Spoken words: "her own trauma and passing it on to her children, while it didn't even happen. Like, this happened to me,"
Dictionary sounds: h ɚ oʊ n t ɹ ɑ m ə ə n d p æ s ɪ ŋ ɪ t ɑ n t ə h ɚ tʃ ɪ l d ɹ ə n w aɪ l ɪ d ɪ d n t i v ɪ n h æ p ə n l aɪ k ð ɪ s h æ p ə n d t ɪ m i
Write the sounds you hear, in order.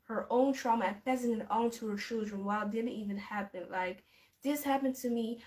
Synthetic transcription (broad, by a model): h ɚ oʊ n t ɹ ɑ m ə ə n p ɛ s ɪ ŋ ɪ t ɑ n t ə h ɚ tʃ ɪ l d ɹ ə n w aɪ l d ɪ d n t i v ɪ n h æ p ə n l aɪ k ð ɪ s h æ p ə n t ɪ m i